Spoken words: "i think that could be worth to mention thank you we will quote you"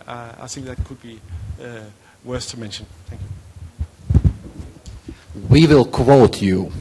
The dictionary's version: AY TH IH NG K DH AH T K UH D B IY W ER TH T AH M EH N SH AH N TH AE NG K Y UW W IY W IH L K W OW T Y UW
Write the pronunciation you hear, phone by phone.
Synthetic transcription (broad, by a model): AY TH IH NG K DH AH T K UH D B IY W ER S T AH M EH N SH AH N TH AE NG K Y UW W IY W IH L K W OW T Y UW